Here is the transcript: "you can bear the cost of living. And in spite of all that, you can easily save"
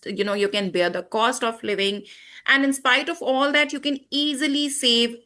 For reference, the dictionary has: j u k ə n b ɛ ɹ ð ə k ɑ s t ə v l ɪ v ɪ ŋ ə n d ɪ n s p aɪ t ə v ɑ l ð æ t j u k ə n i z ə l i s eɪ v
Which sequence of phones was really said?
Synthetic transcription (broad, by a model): j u k ə n b ɛ ɹ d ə k ɑ s t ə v l ɪ v ɪ ŋ ə n d ɪ n s p aɪ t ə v ɑ l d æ t j u k ə n i z ə l i s eɪ v